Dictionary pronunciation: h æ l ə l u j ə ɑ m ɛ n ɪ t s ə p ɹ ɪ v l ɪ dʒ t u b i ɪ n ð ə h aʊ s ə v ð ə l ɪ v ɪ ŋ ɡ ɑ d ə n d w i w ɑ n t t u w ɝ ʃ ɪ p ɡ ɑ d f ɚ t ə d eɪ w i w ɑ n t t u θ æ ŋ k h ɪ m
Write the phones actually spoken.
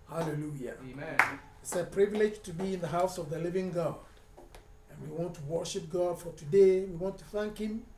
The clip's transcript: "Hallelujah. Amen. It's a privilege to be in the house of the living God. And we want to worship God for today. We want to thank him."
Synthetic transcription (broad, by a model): h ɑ l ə l u j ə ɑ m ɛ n ɪ t s ə p ɹ ɪ v l ɪ dʒ t u b i ɪ n ð ə h aʊ s ə v ð ə l ɪ v ɪ ŋ ɡ ɑ d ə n w i w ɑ n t t u w ɝ ʃ ɪ p ɡ ɑ d f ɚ t ə d eɪ w i w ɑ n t t u θ æ ŋ k h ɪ m